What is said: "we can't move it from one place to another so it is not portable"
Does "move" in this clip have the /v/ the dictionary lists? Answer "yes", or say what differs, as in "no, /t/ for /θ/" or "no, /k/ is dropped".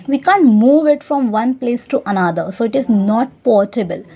yes